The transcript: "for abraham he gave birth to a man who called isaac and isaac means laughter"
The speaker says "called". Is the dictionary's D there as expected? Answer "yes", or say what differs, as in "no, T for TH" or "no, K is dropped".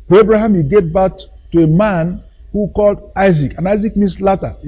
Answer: yes